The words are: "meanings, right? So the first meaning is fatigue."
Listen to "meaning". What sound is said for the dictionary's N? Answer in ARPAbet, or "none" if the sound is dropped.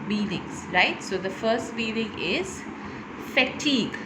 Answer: L